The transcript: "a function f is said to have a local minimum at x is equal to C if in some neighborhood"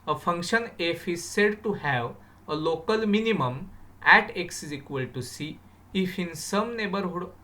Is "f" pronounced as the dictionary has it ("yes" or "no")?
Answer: yes